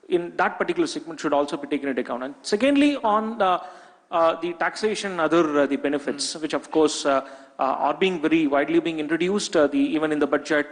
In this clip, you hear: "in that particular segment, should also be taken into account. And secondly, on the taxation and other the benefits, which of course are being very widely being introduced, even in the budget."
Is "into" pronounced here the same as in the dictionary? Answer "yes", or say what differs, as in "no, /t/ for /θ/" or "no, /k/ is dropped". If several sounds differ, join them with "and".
no, /n/ is dropped